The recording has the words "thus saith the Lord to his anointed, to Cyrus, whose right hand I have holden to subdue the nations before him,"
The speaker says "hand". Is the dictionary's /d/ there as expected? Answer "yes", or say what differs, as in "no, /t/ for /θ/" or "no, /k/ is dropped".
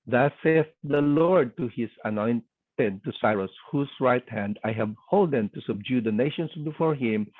yes